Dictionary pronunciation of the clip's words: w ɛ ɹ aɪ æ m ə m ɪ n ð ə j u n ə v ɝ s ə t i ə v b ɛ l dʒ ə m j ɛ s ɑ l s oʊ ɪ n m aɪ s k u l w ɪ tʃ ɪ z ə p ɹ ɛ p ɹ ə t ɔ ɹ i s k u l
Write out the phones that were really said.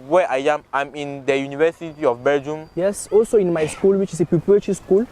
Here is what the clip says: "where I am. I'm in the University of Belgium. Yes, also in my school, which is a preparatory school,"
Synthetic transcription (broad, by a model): w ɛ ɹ aɪ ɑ m ə m ɪ n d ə j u n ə v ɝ s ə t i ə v b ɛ dʒ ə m j ɛ s ɑ l s oʊ ɪ n m aɪ s k u l w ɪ tʃ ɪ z ə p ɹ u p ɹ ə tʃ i s k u l